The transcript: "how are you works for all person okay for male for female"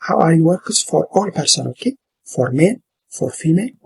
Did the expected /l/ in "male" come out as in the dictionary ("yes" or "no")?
no